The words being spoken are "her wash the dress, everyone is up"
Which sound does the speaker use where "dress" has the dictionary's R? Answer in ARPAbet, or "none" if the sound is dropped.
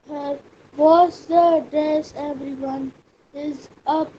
none